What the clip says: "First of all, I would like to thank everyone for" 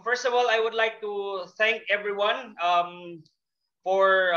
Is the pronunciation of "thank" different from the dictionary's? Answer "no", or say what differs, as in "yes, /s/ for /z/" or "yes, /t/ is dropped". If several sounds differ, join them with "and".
no